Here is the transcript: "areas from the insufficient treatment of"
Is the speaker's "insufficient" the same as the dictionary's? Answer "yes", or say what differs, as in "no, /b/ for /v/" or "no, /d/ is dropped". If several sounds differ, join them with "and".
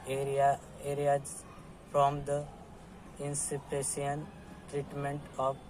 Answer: no, /p/ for /f/